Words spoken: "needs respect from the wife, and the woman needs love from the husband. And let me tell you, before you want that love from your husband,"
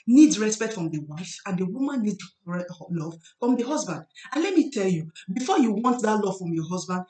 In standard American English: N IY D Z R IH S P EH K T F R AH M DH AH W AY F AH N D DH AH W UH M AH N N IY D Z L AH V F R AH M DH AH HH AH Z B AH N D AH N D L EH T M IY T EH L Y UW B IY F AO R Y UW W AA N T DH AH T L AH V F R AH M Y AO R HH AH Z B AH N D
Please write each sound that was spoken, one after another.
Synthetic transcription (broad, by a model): N IY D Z R IH S P EH K T F R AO M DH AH W AY F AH N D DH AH W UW M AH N N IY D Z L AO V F R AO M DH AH HH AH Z B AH N D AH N L EH T M IY T EH L Y UW B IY F AO Y UW W AA N T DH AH T L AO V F R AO M Y AO HH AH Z B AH N D